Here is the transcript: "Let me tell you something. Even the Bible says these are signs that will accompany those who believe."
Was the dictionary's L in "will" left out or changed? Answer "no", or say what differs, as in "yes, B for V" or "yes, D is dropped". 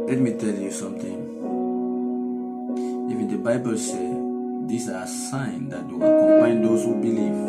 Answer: yes, W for L